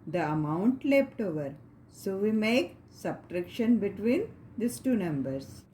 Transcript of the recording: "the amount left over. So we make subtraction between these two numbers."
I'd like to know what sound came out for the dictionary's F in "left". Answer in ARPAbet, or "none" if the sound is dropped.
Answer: P